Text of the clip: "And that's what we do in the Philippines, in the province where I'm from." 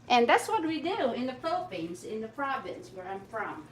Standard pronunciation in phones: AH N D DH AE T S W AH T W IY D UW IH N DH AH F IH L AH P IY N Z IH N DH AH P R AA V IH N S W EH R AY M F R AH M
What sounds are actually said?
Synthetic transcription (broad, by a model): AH N DH AE T S W AH T W IY D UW IH N DH AH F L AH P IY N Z IH N DH AH P R AA V IH N S W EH R AY M F R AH M